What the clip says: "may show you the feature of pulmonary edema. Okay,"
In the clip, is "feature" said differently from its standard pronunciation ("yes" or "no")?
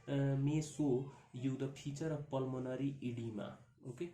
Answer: yes